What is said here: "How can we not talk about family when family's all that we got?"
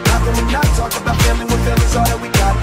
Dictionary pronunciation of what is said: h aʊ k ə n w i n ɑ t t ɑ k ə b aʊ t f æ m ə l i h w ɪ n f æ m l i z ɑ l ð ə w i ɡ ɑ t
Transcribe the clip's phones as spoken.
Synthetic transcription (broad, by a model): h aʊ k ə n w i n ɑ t t ɑ k ə b aʊ t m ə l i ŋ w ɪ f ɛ l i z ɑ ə w i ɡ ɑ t